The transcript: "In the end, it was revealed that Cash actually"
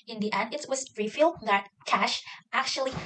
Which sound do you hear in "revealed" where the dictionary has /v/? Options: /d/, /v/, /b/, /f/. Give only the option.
/f/